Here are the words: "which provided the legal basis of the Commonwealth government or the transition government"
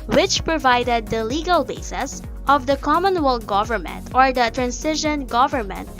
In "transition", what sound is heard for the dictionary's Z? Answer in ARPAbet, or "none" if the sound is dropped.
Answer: S